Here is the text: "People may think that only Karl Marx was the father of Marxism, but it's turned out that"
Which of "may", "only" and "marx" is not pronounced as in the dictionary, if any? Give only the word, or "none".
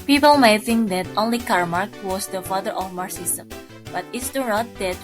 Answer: marx